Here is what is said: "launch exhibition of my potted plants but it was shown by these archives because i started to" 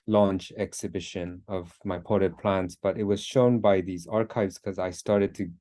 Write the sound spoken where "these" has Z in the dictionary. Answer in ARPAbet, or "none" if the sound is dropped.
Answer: Z